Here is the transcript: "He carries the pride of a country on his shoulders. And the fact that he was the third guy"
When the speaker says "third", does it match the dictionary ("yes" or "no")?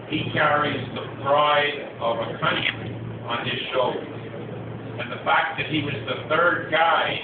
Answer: yes